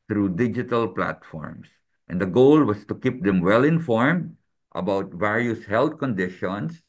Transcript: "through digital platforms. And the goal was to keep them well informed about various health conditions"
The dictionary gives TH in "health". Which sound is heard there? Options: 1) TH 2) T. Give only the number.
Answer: 2